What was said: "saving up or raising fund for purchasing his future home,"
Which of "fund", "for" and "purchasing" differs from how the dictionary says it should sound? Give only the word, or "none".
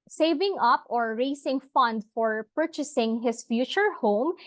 none